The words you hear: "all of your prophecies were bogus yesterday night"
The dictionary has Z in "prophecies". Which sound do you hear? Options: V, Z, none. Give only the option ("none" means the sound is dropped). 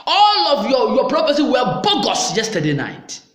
none